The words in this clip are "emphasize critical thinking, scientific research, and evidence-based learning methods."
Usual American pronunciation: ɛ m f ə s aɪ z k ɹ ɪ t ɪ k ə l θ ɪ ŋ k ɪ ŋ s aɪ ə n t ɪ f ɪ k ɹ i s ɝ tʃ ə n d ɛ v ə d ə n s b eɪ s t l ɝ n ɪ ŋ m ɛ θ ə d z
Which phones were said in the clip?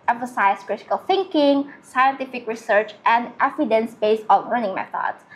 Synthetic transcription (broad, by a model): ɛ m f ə s aɪ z k ɹ ɪ t ɪ k ə l θ ɪ ŋ k ɪ ŋ s aɪ ə n t ɪ f ɪ k ɹ i s ɝ tʃ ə n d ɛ f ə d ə n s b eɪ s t l ɝ n ɪ ŋ m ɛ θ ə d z